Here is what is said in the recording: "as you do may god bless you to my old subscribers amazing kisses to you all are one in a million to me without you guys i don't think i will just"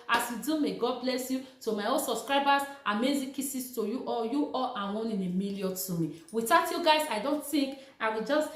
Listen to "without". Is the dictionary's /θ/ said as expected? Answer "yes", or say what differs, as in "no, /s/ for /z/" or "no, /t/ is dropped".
no, /t/ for /θ/